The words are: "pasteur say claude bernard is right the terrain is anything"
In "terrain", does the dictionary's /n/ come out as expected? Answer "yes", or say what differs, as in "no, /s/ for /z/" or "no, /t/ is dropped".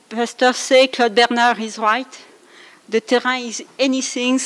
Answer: no, /n/ is dropped